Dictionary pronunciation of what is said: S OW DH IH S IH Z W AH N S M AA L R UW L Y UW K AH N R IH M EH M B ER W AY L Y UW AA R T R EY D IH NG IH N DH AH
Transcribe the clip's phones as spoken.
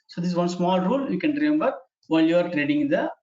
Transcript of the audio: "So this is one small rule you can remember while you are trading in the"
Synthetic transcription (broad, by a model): S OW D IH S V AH N S M AA L R UW L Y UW K AH N R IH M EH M B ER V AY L Y UW AA R T R EY D IH NG IH N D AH